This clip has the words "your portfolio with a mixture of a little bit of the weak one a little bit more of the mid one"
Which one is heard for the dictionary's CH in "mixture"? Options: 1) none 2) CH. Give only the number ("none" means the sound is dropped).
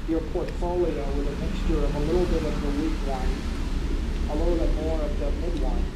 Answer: 2